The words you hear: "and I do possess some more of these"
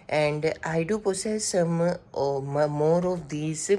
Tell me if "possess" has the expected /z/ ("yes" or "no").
no